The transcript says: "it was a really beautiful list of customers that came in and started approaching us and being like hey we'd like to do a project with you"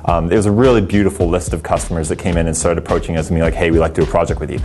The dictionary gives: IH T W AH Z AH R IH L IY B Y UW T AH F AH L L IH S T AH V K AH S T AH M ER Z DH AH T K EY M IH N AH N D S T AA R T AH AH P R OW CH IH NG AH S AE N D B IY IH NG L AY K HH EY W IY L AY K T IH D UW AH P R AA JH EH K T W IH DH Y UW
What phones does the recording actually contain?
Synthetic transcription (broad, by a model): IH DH W AH Z AH R IH L IY B Y UW T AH F L L IH S T AH V K AH S T AH M ER Z DH AH T K EY M IH N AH N S T AA R T AH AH P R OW CH IH NG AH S N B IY L AY K HH EY W IY L AY K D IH AH P R AA JH EH K T W IH DH Y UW